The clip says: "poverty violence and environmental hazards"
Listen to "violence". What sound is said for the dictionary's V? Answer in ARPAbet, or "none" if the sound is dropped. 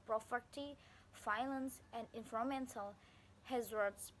F